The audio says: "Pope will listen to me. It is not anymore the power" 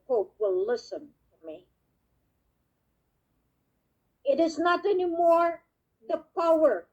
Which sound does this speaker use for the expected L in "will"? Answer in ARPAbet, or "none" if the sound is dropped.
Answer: L